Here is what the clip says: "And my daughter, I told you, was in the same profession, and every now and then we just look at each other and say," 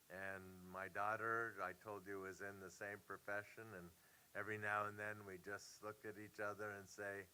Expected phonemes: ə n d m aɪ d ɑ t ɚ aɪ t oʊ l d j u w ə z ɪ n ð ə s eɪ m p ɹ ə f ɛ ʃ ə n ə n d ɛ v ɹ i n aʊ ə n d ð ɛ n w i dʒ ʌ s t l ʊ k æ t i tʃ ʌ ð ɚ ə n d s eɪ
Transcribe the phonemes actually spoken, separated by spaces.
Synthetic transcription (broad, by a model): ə n m aɪ d ɑ t ɚ aɪ t oʊ l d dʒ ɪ w ə z ɪ n ð ə s eɪ m p ɹ ə f ɛ ʃ ə n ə n ɛ v ɹ i n aʊ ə n ð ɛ n w i dʒ ʌ s t l ʊ k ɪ t i tʃ ʌ ð ɚ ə n s eɪ